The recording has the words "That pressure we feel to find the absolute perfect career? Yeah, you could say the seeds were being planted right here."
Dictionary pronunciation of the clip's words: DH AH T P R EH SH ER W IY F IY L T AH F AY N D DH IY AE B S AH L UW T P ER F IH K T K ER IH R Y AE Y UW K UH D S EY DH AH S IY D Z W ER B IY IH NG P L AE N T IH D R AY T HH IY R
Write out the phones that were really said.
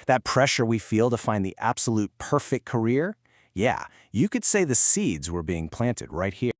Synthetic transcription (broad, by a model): DH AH T P R EH SH ER W IY F IY L T AH F AY N DH IY AE B S AH L UW T P ER F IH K K ER IH R Y AE Y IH K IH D S EY DH AH S IY D Z W ER B IY IH NG P L AE N T IH D R AY T HH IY